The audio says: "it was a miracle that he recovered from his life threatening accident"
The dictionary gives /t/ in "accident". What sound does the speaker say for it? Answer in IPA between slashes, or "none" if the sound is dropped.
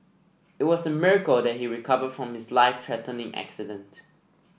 /t/